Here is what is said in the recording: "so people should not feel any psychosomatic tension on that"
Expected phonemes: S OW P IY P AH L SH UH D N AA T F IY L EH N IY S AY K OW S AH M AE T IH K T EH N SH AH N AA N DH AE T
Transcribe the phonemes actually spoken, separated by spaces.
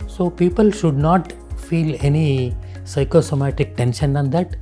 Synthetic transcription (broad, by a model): S OW P IY P AH L SH UH D N AA T F IY L EH N IY S AY K OW S AH M AE T IH K T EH N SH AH N AA N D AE T